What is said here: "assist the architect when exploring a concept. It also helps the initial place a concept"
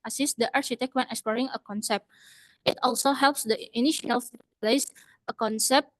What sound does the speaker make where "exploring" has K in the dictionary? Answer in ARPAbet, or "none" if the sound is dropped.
K